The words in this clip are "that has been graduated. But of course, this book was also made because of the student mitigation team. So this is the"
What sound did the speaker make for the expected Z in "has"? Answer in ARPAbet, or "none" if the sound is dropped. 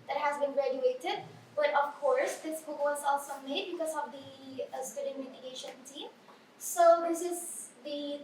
Z